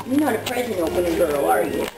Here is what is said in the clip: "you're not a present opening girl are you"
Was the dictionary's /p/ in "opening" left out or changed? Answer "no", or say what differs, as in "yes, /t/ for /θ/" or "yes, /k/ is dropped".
yes, /p/ is dropped